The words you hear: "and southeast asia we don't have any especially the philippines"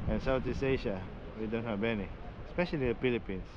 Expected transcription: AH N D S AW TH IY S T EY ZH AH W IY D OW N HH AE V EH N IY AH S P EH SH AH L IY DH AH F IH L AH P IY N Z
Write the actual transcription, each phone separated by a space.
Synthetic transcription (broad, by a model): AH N S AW T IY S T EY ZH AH W IY D OW N HH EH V EH N IY AH S P EH SH AH L IY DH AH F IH L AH P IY N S